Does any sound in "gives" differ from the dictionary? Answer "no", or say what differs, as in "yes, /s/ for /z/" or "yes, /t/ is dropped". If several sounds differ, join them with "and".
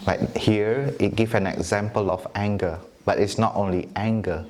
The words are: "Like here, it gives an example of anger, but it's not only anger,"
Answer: yes, /z/ is dropped